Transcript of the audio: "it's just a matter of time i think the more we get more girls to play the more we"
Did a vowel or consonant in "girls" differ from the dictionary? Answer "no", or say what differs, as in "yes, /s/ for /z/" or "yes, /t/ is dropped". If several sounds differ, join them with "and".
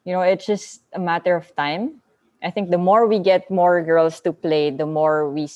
yes, /s/ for /z/